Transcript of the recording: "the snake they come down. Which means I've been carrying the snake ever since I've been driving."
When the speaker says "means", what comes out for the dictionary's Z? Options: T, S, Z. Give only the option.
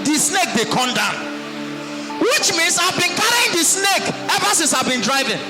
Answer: S